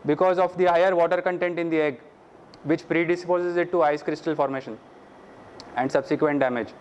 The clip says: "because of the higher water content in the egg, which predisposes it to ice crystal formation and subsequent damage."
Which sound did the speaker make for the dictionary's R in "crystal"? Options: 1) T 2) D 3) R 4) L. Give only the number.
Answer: 3